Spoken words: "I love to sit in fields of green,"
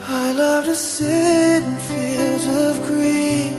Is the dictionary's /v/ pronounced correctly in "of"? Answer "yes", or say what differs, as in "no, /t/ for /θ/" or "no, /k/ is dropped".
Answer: yes